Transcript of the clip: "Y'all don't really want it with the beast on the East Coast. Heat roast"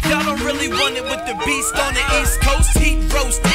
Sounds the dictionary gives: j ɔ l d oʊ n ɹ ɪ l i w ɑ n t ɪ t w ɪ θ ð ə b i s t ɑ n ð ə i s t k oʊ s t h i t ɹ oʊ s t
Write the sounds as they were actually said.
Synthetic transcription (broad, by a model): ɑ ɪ d oʊ n ɹ ɪ l i w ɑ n ɪ t w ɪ ð ə b i s t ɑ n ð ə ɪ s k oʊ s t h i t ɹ oʊ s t